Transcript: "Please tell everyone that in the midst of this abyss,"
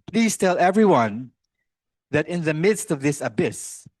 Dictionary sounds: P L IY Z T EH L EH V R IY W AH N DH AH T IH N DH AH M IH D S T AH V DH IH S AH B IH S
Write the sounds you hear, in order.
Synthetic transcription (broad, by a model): P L IY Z T EH L EH V R IY W AH N DH AH T IH N DH AH M IH D S T AH V DH IH S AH B IH S